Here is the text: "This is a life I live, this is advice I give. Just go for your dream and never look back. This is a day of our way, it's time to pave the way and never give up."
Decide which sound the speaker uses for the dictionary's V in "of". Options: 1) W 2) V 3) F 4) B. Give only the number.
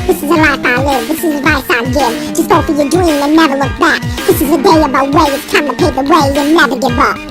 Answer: 4